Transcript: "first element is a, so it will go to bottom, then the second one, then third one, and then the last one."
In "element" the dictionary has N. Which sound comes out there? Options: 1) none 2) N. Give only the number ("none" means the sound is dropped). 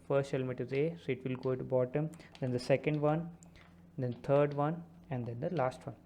1